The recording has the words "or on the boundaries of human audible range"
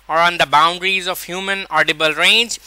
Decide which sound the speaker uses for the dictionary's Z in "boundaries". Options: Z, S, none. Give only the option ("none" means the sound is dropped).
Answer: Z